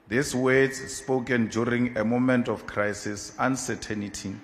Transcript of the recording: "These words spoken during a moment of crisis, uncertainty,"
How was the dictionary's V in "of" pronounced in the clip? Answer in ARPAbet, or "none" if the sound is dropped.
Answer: F